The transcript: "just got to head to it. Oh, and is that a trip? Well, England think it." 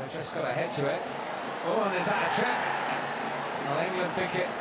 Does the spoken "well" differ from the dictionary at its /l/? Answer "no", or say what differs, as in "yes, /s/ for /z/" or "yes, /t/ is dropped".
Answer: yes, /n/ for /l/